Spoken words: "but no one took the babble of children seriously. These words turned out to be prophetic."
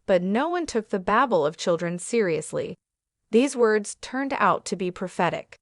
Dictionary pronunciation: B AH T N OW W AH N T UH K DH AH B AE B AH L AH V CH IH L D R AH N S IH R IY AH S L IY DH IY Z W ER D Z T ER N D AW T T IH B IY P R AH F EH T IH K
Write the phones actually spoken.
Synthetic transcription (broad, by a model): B AH T N OW W AH N T UH K DH AH B AE B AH L AH V CH IH L D R AH N S IH R IY AH S L IY DH IY Z W ER D Z T ER N D AW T T IH B IY P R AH F EH T IH K